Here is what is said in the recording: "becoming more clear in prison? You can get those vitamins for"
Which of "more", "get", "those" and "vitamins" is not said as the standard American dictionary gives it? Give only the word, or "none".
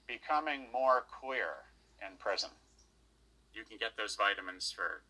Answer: none